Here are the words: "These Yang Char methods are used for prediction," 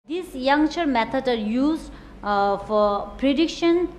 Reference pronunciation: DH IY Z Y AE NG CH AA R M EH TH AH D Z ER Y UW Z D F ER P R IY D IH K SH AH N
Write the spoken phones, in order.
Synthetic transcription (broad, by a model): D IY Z Y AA NG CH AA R M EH T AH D ER Y UW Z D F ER P R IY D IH K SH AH N